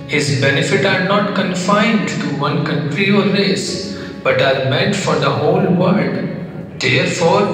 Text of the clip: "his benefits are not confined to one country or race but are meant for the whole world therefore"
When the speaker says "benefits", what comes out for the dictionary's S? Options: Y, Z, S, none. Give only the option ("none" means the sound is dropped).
none